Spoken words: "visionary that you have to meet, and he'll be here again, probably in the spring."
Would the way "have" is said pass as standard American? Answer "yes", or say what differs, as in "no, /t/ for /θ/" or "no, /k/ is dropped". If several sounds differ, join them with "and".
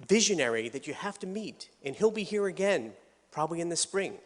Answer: no, /f/ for /v/